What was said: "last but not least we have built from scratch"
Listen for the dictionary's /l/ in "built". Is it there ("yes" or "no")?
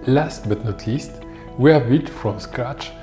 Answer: no